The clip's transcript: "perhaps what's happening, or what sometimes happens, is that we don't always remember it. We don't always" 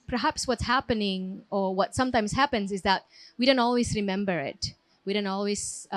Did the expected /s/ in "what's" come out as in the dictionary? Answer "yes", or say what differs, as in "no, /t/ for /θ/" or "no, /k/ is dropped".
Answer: yes